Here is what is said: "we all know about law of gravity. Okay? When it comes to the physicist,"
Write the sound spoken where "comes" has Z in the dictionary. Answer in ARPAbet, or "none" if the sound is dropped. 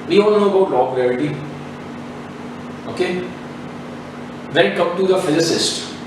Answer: none